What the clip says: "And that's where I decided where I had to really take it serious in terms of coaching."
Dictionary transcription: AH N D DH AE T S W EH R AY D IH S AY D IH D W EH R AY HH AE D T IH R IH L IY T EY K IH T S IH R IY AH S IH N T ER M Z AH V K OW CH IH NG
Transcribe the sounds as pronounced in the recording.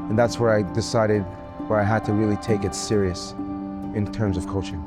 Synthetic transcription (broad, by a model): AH N DH AE T S W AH R AY D IH S AY D IH D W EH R AY HH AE D T IH R IH L IY T EY K IH T S IH R IY AH S IH N T ER M Z AH V K OW CH IH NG